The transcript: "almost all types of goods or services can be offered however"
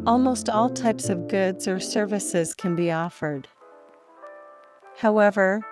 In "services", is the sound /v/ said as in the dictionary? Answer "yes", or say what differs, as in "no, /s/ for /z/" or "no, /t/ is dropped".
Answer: yes